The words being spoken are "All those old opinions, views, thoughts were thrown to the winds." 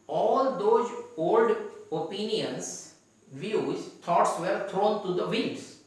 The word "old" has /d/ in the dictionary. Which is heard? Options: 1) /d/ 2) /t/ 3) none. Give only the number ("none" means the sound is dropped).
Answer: 1